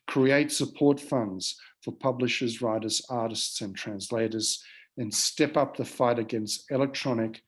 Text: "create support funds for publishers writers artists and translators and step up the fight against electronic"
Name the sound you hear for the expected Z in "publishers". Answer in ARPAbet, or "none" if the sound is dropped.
Z